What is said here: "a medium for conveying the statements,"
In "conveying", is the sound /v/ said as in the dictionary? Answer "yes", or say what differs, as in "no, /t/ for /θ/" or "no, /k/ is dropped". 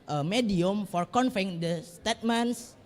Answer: no, /f/ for /v/